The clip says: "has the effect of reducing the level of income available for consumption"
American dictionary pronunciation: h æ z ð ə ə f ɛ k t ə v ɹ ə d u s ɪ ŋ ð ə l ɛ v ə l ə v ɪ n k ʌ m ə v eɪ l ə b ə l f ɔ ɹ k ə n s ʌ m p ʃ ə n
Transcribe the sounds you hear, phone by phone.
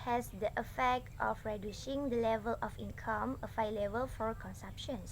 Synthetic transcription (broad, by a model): h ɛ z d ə ə f ɛ k t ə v ɹ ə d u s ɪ ŋ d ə l ɛ v ə l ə f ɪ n k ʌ m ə f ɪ l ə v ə l f ɔ ɹ k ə n s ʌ m p ʃ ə n